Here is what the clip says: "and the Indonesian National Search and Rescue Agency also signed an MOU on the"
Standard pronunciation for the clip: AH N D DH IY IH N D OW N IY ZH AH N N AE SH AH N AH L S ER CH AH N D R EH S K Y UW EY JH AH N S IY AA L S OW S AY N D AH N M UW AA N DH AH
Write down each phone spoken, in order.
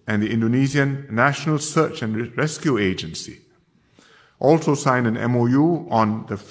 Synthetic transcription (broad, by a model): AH N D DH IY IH N D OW N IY Z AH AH N AE SH AH N AH L S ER CH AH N R EH S K Y UW EY JH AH N S IY AA L S OW S AY N D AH N M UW AA N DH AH